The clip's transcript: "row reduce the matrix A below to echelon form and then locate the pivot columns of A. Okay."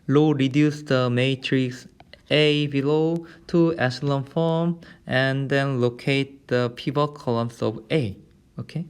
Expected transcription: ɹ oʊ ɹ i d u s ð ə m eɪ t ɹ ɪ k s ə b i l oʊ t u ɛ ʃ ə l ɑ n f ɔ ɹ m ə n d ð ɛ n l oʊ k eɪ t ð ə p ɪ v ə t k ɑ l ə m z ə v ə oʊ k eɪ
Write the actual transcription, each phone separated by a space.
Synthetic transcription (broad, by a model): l oʊ ɹ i d u s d ə m eɪ t ɹ ɪ k s ə b i l oʊ t u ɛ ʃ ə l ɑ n f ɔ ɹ m ə n d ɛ n l oʊ k eɪ t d ə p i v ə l k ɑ l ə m s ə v ə oʊ k eɪ